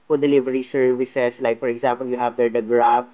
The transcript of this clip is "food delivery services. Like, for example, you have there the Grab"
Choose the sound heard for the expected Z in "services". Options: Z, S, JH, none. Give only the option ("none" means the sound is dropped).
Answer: S